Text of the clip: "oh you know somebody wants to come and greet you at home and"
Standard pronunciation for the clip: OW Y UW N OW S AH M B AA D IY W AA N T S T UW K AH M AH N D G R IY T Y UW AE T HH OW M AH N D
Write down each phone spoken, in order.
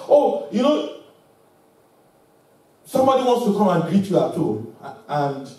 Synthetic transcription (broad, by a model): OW Y UW N OW S AH M B AA D IY W AA N T S T UW K AH M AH N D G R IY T Y UW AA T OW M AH N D